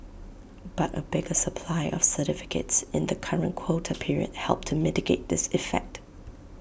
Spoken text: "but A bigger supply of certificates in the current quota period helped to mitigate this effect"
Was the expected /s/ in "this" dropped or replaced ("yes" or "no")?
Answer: no